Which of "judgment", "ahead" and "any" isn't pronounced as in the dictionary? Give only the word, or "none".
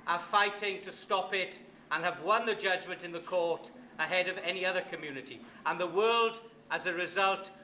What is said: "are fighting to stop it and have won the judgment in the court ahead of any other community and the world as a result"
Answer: none